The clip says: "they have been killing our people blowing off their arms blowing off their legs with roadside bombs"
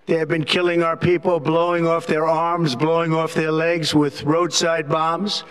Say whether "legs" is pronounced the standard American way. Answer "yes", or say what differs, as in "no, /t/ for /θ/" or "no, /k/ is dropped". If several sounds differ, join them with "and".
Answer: yes